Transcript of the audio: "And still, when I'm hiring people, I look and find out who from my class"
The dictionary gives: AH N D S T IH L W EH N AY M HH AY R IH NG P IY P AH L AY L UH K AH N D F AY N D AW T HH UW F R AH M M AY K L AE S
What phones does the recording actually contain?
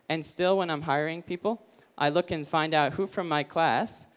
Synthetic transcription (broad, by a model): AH N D S T IH L W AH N AY M HH AY R IH NG P IY P L AY L UH K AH N F AY N D AW T HH UW F R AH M M AY K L AE S